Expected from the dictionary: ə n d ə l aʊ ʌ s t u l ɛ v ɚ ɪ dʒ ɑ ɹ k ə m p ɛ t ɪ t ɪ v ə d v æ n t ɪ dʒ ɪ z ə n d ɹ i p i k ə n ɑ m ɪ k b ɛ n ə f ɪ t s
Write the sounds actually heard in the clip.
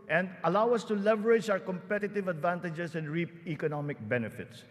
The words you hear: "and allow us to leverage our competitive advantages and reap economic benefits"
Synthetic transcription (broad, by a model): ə n d ə l aʊ ʌ s t u l ɛ v ɚ ɪ dʒ ɑ ɹ k ə m p ɛ t ɪ t ɪ v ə d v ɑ n t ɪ dʒ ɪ s ə n d ɹ i p i k ə n ɑ m ɪ k b ɛ n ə f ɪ t s